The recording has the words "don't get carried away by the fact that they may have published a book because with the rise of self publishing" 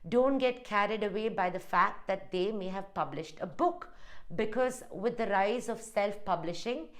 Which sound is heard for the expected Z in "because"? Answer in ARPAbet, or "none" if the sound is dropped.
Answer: Z